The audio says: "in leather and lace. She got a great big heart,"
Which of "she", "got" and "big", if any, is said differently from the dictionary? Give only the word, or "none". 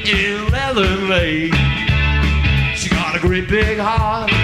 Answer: none